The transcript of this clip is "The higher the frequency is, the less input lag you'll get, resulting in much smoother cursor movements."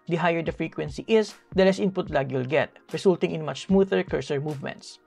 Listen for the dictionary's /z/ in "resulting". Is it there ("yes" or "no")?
no